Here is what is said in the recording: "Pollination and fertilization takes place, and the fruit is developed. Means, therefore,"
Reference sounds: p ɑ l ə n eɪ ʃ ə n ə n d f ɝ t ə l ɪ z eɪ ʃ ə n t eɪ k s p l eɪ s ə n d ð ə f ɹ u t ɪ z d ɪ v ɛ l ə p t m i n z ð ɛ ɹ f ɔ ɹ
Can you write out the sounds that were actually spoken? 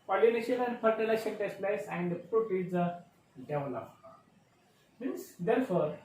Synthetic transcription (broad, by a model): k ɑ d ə n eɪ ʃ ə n ə n d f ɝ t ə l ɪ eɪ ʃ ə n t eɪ s p l eɪ s ə n d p ɹ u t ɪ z d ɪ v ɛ l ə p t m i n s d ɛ ɹ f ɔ ɹ